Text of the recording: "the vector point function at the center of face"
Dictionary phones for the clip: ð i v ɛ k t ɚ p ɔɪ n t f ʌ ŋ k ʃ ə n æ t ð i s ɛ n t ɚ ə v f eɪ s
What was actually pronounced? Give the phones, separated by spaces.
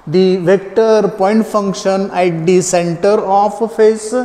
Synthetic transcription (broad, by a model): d i v ɛ k t ɚ p ɔɪ n t f ʌ ŋ k ʃ ə n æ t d i s ɛ n t ɚ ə f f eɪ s